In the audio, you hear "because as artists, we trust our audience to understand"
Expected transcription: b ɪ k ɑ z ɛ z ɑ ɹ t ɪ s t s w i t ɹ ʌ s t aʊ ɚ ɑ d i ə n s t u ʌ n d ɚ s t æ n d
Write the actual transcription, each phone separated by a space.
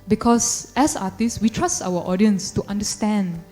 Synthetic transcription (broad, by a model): b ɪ k ɑ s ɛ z ɑ t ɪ s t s w i t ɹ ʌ s t aʊ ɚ ɑ d i ə n s t u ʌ n d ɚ s t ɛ n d